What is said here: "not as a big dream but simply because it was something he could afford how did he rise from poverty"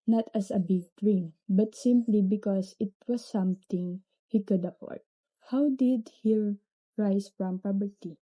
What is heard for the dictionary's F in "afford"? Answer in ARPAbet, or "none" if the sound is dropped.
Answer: P